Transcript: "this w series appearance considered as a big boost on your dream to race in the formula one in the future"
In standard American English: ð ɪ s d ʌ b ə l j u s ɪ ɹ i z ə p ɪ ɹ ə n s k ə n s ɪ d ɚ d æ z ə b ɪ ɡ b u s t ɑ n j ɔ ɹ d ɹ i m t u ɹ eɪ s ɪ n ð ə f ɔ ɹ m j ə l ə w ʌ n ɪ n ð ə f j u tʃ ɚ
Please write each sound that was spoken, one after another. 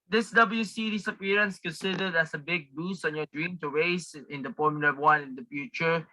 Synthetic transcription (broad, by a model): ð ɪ s d ʌ b ə l j u s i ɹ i s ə p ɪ ɹ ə n s k ə n s ɪ d ɚ d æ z ə b ɪ ɡ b u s ɑ n j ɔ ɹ d ɹ i m t u ɹ eɪ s ɪ n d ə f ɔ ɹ m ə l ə w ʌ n ɪ n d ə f j u tʃ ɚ